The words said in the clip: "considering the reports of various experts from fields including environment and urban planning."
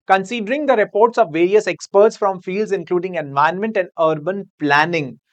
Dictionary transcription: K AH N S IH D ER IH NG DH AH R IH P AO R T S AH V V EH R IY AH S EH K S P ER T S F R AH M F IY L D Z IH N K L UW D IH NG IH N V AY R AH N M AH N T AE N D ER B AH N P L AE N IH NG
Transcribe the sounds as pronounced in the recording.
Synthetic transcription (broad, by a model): K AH N S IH D ER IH NG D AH R IH P AO R T S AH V V EH R IY AH S EH K S P ER T S F R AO M F IY L D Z IH N K L UW D IH NG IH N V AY AH N M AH N T AE N D ER B AH N P L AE N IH NG